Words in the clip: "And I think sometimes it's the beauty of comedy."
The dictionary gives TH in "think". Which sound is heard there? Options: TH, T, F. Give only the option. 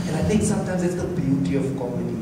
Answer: T